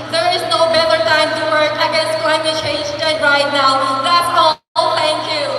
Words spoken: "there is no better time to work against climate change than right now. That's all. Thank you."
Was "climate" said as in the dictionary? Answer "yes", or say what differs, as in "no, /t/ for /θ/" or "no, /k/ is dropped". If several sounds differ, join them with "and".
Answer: no, /m/ is dropped